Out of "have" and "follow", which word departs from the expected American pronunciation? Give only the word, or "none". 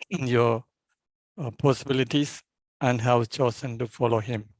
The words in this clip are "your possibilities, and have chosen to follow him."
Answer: have